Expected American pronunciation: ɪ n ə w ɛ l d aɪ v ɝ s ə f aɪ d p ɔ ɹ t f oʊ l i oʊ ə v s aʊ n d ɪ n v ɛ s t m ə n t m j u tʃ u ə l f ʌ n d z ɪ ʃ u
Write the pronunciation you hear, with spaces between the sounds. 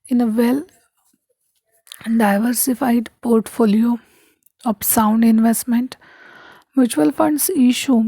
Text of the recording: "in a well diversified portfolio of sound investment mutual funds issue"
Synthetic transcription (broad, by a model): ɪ n ə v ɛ l d aɪ v ɝ s ə f aɪ d p ɔ ɹ t f oʊ l i oʊ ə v s aʊ n d ɪ n v ɛ s t m ə n t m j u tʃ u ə l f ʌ n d s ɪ ʃ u